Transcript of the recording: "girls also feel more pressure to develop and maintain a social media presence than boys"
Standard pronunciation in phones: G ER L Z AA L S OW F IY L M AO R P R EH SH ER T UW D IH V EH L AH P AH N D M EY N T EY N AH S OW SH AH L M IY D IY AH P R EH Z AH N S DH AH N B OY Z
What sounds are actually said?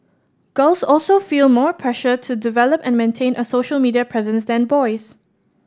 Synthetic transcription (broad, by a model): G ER L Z AA L S OW F IY L M AO R P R EH SH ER T UW D IH V EH L AH P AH N M EY N T EY N AH S OW SH AH L M IY D IY AH P R EH Z AH N S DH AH N B OY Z